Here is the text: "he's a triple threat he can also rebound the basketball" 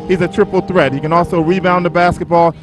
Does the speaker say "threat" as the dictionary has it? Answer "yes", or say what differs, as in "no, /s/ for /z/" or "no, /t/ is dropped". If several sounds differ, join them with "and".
yes